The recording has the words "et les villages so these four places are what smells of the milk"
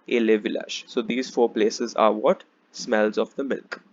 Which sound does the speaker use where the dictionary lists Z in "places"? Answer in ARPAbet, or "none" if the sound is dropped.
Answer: Z